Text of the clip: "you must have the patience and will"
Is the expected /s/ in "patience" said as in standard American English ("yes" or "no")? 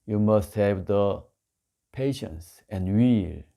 yes